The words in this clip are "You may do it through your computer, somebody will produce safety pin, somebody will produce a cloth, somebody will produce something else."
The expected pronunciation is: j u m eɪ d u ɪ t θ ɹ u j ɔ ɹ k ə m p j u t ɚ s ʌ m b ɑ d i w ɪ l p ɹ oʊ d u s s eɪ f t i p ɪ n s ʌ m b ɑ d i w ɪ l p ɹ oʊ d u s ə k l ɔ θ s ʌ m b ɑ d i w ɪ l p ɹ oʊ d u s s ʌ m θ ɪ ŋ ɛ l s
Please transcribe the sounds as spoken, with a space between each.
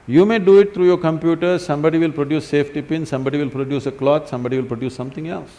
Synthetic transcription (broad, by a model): j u m eɪ d u ɪ t t ɹ u j ɔ ɹ k ə m p j u t ɚ s ʌ m b ɑ d i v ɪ l p ɹ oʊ d u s s eɪ f t i p ɪ n s ʌ m b ɑ d i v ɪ l p ɹ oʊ d u s ə k l ɔ t s ʌ m b ɑ d i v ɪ l p ɹ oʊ d u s s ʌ m t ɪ ŋ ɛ l s